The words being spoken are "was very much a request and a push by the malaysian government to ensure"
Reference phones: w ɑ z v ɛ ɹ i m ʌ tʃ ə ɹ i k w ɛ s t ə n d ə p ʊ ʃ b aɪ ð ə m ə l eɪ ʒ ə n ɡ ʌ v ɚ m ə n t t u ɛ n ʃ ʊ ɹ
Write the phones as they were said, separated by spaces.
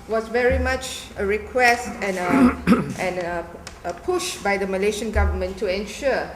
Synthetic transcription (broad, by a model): w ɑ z v ɛ ɹ i m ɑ tʃ ə ɹ i k w ɛ s t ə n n ə p ʊ ʃ b aɪ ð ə m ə l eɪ ʃ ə n ɡ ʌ v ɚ m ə n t t u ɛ n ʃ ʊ